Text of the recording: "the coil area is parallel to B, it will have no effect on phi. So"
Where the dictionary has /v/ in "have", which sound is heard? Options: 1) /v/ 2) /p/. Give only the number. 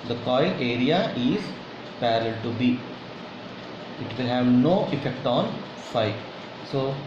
1